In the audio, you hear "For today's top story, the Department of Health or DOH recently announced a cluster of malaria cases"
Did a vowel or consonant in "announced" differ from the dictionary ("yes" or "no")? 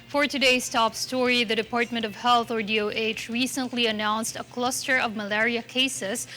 no